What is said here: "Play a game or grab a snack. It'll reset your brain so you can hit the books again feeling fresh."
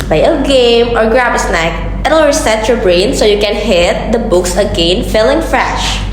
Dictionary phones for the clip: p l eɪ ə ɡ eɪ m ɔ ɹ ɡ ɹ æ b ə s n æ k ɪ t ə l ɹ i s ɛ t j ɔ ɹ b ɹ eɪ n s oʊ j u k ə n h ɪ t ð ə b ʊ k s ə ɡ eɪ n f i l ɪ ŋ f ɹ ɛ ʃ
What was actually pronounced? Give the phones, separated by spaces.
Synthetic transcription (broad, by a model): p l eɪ ə ɡ eɪ m ɔ ɹ ɡ ɹ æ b ə s n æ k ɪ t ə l ɹ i s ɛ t j ɔ ɹ b ɹ eɪ n s oʊ j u k ə n h ɪ t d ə b ʊ k s ə ɡ eɪ n f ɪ l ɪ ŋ f ɹ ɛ ʃ